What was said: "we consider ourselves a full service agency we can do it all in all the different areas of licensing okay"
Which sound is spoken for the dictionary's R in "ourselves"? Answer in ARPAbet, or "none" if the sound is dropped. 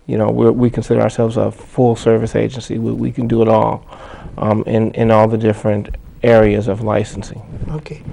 R